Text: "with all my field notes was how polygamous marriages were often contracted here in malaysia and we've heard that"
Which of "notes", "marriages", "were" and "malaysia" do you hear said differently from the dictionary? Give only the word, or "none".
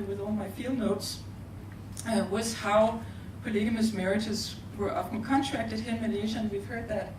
malaysia